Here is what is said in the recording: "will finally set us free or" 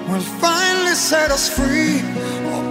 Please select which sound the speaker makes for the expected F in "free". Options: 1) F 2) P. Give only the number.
1